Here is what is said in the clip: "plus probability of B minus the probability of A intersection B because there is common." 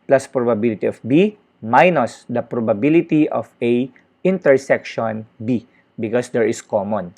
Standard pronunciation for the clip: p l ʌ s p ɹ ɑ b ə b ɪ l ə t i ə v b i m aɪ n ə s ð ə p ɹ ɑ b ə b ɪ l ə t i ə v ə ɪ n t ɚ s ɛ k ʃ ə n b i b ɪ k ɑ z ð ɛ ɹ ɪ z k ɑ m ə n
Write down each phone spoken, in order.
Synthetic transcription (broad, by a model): p l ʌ s p ɹ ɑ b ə b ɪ l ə t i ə f b i m aɪ n ə s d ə p ɹ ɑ b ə b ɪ l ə t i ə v ə ɪ n t ɚ s ɛ k ʃ ə n b i b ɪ k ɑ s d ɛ ɹ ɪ s k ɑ m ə n